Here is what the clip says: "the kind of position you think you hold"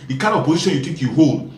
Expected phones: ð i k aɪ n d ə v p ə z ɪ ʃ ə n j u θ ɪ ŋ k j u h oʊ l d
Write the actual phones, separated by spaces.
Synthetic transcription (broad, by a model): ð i k aɪ n d ə v p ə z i ʃ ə n j u t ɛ k j u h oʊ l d